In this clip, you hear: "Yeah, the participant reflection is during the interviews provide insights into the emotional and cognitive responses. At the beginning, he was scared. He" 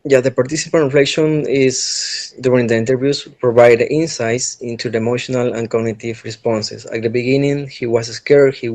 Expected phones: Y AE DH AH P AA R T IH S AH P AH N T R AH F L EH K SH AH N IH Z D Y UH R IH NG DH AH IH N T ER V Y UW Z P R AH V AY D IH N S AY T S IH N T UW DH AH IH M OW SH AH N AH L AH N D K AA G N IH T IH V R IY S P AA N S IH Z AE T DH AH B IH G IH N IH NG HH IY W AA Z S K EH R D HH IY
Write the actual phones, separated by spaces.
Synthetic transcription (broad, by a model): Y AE DH AH P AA R T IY S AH P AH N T R AH F L EH K SH AH N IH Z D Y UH R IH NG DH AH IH N T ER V Y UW S P R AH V AY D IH N S AY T S IH N T UW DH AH IH M OW SH AH N AH L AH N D K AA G N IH T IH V R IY S P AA N S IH S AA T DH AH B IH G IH N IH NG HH IY W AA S S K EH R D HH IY